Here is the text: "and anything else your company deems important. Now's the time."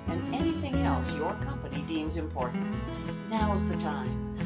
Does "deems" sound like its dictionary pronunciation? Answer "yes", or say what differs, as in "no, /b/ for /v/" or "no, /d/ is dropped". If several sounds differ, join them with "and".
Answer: yes